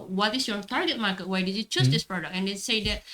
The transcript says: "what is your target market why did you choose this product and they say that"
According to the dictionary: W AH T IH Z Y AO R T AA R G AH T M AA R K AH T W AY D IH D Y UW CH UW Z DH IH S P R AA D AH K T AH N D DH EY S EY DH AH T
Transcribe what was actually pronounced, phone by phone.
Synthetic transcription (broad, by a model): W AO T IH S Y AO R T AA R G AH T M AA R K AH T W AY D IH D Y UW CH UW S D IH S P R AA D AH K AH N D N S EY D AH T